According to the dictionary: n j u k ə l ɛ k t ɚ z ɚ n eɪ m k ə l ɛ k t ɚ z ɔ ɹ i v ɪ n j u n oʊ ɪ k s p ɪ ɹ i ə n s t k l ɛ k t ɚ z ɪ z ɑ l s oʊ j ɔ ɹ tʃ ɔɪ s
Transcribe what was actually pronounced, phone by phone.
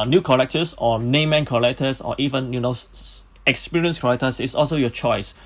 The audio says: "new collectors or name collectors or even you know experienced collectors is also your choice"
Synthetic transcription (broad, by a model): n j u k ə l ɛ k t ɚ s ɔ n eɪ m k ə l ɛ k t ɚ s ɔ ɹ i v ɪ n j u n oʊ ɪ k s p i ɹ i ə n s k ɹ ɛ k t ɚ s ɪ s ɑ l s oʊ j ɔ tʃ ɔɪ s